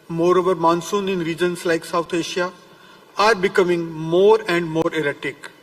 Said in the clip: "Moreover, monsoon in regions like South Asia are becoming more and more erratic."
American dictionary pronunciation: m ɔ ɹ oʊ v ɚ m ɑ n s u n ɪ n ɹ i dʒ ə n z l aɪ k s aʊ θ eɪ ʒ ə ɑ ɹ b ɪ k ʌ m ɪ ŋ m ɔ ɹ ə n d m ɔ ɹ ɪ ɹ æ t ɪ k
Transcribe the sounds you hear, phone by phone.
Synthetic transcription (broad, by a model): m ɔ ɹ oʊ v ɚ m ɑ n s u n ɪ n ɹ i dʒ ə n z l aɪ k s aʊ t eɪ ʃ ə ɑ ɹ b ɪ k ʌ m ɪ ŋ m ɔ ɹ ə n d m ɔ ɹ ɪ ɹ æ t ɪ k